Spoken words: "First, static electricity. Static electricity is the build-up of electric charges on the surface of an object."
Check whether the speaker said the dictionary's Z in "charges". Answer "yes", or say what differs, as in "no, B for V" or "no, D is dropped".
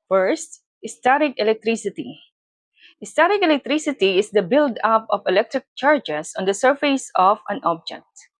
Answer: no, S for Z